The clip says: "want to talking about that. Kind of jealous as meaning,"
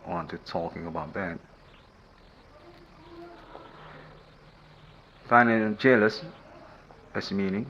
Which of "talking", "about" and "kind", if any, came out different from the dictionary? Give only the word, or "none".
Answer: kind